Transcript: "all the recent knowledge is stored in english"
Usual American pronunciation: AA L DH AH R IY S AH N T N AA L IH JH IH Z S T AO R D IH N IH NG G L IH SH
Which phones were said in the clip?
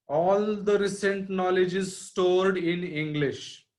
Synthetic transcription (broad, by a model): AA L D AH R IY S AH N T N AA L IH JH IH Z S T AO R D IH N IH NG G L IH SH